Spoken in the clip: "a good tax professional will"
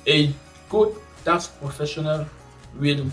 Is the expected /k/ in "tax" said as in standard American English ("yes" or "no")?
no